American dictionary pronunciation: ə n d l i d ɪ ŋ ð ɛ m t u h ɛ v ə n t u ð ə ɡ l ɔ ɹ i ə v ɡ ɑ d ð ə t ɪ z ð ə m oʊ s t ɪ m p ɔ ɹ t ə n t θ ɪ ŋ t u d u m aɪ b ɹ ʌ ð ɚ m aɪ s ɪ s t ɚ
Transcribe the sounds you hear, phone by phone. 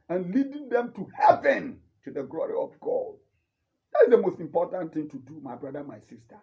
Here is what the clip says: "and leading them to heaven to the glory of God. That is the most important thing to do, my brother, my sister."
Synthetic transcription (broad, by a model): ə n l i d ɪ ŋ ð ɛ m t u h ɛ v ə n t u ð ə ɡ l ɔ ɹ i ə v ɡ ɑ d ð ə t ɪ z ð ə m oʊ s t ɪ m p ɔ t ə n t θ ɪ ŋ t u d u m aɪ b ɹ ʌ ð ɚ m aɪ s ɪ s t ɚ